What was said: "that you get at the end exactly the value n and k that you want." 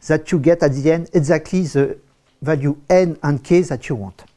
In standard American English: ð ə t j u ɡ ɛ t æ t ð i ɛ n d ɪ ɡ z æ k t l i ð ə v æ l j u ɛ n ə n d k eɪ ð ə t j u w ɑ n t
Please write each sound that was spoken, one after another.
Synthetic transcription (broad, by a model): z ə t j u ɡ ɛ t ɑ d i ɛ n ɪ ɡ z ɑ k t l i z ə v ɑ l j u ɛ n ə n k eɪ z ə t j u w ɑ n t